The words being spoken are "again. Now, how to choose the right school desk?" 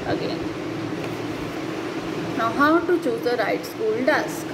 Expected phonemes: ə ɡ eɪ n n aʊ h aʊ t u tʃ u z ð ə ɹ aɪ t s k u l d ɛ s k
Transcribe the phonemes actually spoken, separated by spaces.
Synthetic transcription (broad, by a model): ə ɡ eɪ n n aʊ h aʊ t u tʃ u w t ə ɹ aɪ t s u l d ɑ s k